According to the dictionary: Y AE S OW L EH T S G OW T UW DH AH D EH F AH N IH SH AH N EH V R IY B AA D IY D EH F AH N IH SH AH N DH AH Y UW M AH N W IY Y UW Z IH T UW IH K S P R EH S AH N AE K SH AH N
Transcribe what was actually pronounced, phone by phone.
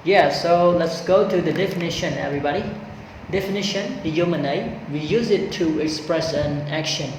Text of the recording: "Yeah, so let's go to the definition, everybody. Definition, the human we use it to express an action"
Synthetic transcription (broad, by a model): Y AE S OW L EH T S G OW T UW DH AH D EH F AH N IH SH AH N EH V R IY B AA D IY D EH F AH N IH SH AH N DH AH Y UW M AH N W IY Y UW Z IH T UW IH K S P R EH S AH N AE K SH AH N